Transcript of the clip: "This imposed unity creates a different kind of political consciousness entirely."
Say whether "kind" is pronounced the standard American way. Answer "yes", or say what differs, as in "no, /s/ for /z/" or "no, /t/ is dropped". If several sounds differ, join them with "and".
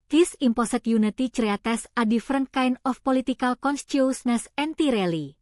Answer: no, /d/ is dropped